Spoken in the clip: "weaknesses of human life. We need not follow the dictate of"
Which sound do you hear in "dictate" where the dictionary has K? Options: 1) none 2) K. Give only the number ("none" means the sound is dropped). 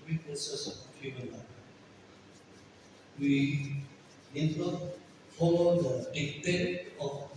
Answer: 1